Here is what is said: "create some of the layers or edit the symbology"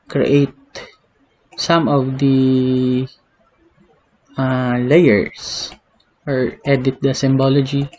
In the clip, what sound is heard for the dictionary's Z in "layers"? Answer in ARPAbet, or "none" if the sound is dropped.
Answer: S